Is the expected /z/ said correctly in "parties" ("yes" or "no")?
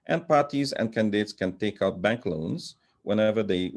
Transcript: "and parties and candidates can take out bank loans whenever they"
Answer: yes